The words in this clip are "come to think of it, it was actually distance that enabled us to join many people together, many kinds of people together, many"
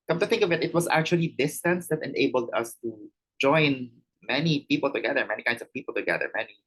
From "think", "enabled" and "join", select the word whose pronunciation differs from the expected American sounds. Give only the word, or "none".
none